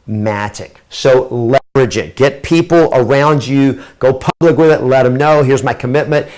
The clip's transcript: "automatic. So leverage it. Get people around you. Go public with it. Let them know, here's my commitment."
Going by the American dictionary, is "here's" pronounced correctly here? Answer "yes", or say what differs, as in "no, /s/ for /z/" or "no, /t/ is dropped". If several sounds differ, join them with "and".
yes